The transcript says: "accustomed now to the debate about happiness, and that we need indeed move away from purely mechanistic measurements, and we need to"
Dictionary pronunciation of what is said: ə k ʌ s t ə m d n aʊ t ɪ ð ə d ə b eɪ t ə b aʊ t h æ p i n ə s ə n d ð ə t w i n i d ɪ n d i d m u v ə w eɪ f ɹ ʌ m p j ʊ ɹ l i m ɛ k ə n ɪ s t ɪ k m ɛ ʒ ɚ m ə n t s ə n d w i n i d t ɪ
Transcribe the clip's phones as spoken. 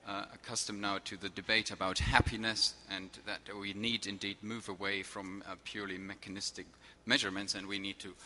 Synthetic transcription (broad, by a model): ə k ʌ s t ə m n aʊ t ɪ ð ə d ə b eɪ t ə b aʊ t h æ p i n ə s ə n ð ə t w i n i d ɪ n d i d m u v ə w eɪ f ɹ ʌ m p j ʊ ɹ l i m ɛ k ə n ɪ s t ɪ k m ɛ ʒ ɚ m ə n t s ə n w i n i d t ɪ